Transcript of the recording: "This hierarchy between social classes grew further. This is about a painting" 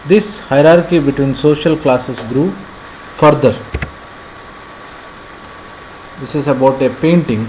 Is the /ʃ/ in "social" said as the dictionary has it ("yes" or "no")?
yes